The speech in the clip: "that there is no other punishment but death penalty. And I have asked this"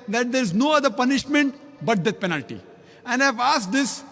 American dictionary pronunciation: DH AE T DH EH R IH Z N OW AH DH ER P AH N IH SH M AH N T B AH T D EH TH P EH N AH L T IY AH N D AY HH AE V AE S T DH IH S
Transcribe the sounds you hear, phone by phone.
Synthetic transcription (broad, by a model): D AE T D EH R IH Z N OW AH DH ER P AH N IH SH M AH N T B AH T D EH T P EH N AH L T IY AH N D AY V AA S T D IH S